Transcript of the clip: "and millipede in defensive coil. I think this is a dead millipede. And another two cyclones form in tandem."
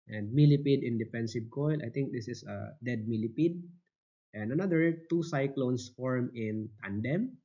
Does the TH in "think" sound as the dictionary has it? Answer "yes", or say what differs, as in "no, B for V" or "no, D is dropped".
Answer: no, T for TH